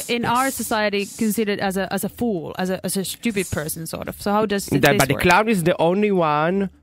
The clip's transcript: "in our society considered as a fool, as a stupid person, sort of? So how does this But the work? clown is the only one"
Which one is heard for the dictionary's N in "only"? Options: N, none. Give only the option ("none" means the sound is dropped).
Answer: N